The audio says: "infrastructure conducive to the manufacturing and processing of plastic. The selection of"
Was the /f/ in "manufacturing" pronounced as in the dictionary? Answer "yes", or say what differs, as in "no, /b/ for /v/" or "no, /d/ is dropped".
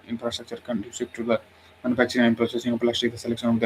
no, /p/ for /f/